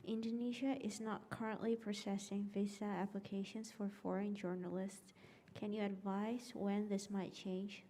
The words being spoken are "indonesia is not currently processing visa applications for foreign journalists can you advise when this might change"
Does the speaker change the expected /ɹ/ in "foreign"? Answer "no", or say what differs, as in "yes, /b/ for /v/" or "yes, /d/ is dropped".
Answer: no